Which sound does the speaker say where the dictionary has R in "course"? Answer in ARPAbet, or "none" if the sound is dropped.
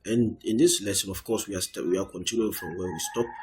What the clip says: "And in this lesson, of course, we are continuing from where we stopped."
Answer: W